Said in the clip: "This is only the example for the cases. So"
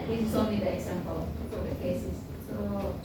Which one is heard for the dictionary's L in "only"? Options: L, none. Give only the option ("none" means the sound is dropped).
none